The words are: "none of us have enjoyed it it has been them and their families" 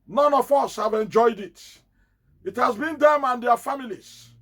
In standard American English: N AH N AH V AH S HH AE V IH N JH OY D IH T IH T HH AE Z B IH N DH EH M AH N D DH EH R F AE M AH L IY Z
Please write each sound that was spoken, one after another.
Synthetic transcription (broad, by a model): N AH N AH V AH S HH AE V IH N JH OY D IH T IH T HH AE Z B IH N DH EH M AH N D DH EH F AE M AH L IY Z